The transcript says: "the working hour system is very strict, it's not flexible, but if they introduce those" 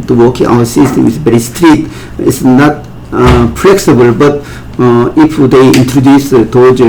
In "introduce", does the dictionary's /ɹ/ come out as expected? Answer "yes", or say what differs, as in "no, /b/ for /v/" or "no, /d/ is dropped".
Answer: yes